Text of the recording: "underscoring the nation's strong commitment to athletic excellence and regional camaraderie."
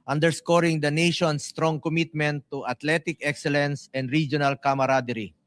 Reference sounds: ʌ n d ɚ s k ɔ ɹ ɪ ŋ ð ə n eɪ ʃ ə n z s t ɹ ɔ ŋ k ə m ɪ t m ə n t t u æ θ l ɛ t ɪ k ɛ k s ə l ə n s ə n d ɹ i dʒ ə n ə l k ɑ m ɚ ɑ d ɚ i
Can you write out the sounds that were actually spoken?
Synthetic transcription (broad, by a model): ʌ n d ɚ s k ɔ ɹ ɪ ŋ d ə n eɪ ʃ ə n s t ɹ ɔ ŋ k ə m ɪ t m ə n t t u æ t l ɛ t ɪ k ɛ k s ə l ə n s ə n d ɹ i dʒ ə n ə l k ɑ m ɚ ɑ d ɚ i